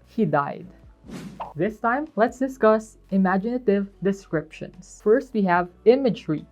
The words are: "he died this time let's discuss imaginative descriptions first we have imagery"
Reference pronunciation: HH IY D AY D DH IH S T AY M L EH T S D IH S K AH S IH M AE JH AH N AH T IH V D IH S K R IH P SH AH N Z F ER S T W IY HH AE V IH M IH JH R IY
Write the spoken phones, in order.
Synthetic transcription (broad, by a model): HH IY D AY D DH IH S T AY M L EH T S D IH S K AH S IH M AE JH AH N AH T IH V D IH S K R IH P SH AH N S F ER S T W IY HH AE V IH M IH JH R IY